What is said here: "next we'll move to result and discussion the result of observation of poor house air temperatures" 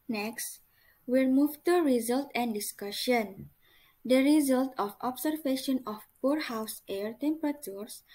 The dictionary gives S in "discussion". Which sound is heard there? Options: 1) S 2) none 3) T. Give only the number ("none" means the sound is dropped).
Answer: 1